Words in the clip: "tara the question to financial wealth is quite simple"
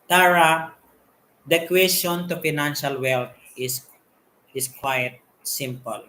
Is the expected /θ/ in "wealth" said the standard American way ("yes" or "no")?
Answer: no